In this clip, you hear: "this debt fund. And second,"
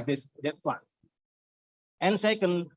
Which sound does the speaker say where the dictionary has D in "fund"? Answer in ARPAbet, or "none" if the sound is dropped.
none